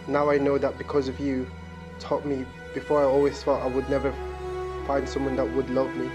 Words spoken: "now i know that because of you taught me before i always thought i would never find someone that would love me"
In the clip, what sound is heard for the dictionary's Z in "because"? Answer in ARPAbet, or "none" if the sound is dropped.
Z